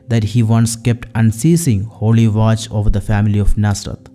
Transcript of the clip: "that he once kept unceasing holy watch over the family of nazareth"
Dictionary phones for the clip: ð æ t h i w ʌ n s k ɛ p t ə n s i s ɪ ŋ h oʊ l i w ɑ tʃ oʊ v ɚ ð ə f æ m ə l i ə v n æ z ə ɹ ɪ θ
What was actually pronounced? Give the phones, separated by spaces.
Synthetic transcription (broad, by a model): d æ t h i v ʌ n s k ɛ p t ə n s i s ɪ ŋ h oʊ l i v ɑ tʃ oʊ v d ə f æ m ə l i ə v n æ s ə ɹ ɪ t